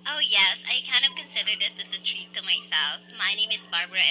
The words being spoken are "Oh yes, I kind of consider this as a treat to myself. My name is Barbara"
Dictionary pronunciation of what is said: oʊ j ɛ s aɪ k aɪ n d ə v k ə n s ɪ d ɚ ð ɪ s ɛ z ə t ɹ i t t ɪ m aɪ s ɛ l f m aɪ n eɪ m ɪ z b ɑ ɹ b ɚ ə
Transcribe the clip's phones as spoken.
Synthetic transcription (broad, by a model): oʊ j ɛ s aɪ k aɪ n d ə v k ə n s ɪ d ɚ ð ɪ s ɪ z ə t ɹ i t t ɪ m aɪ s ɛ l f m aɪ n eɪ m ɪ z b ɑ ɹ b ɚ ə